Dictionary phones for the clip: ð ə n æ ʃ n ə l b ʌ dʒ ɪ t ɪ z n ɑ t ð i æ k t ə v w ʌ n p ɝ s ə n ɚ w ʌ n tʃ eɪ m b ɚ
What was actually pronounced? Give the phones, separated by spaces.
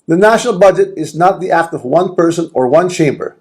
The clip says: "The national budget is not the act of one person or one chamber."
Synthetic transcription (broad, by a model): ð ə n æ ʃ n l b ʌ dʒ ɪ t ɪ z n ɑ t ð i æ k t ə v w ʌ n p ɝ s ə n ɚ w ʌ n tʃ eɪ m b ɚ